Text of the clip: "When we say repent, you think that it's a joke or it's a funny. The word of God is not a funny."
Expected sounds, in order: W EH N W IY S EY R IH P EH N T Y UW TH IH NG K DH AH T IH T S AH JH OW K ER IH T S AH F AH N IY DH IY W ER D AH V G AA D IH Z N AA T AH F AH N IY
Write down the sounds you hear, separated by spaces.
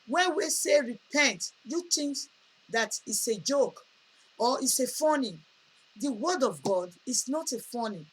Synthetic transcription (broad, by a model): W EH W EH S EY R IH P EH N T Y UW T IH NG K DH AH T IH T S AH JH OW K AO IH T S AH F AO N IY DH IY W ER D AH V G AA D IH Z N AA T AH F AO N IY